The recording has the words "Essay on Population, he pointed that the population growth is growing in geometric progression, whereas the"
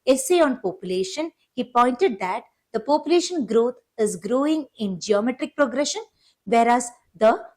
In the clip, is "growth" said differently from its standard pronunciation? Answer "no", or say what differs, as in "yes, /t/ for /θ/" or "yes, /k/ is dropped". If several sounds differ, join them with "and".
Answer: yes, /t/ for /θ/